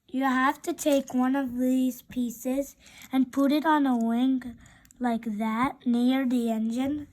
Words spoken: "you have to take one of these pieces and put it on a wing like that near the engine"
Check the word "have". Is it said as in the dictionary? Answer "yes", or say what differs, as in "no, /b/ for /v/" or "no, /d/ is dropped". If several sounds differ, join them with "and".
no, /f/ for /v/